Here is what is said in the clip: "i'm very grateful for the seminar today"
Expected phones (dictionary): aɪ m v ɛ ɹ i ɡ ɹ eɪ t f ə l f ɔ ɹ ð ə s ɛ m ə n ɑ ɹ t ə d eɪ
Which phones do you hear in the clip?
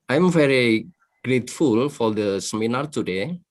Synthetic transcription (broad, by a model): aɪ m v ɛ ɹ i ɡ ɹ eɪ t f ə l f ɔ ɹ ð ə s ɛ m ə n ɑ ɹ t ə d eɪ